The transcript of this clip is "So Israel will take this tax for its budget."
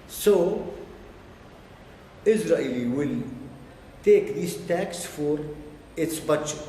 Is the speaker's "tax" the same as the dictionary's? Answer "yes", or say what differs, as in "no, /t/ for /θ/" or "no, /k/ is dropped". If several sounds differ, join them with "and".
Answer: yes